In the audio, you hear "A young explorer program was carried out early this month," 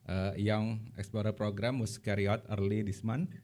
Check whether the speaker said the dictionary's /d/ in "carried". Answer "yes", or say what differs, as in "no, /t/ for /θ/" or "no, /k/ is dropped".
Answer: no, /d/ is dropped